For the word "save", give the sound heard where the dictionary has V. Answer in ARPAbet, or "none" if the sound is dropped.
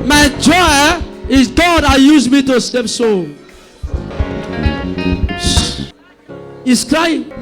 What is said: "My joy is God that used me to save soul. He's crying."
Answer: P